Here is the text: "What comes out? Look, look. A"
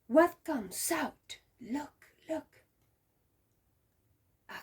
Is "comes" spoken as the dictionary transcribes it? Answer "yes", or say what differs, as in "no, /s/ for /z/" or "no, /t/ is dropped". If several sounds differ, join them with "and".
no, /s/ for /z/